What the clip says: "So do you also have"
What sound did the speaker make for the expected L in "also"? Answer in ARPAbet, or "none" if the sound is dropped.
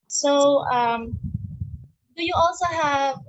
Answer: L